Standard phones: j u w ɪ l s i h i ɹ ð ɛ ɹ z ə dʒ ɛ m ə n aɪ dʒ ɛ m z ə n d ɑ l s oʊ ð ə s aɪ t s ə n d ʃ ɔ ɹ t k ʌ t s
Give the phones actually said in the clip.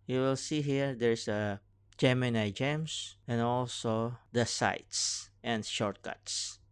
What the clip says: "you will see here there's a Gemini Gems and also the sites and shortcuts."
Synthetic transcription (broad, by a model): j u w ɪ l s i h i ɹ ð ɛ ɹ s ə dʒ ɛ m ə n aɪ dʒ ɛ m s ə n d ɑ l s oʊ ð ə s aɪ t s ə n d ʃ ɔ ɹ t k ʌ t s